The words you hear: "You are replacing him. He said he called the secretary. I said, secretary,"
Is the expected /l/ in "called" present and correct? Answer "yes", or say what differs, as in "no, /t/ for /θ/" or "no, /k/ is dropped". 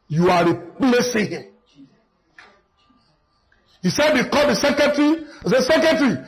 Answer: no, /l/ is dropped